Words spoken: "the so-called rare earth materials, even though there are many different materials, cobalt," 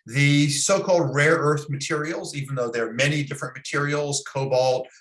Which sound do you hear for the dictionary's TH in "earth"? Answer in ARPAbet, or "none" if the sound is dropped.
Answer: TH